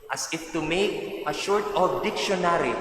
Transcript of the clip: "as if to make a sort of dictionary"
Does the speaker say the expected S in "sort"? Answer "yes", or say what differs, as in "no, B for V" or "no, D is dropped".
no, SH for S